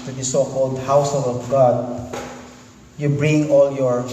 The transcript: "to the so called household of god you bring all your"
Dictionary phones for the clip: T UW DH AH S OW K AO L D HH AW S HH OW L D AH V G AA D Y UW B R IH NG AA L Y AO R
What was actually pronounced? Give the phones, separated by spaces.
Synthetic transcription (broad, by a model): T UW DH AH S OW K AO L D HH AW S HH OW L AH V G AA D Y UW B R IH NG AA L Y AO R